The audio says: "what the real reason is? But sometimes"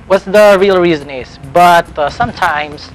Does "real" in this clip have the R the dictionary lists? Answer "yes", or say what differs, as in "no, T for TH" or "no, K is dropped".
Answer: yes